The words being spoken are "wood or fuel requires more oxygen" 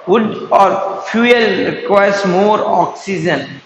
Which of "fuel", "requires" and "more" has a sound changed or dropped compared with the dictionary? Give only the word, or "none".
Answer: requires